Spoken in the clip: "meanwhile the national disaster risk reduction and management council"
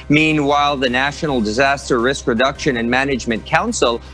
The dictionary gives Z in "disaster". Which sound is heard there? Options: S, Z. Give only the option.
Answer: Z